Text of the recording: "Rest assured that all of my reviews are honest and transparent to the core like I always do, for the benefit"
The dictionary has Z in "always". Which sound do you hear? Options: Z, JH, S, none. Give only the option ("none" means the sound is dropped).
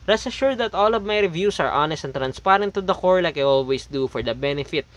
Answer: S